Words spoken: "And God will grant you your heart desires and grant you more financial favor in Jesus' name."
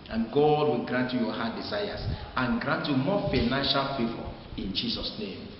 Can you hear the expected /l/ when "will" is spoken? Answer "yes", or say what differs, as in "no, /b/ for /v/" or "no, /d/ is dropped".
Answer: yes